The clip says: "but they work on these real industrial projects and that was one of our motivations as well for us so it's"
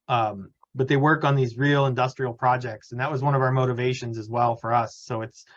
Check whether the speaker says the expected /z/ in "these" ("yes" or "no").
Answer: yes